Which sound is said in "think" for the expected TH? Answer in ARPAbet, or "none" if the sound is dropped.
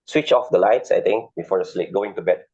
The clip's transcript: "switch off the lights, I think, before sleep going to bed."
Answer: T